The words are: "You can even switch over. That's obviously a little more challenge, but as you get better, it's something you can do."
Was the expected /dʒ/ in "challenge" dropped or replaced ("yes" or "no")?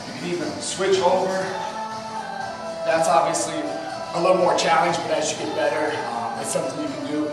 no